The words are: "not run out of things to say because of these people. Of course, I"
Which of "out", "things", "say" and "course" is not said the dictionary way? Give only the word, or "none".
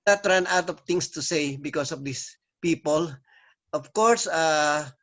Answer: things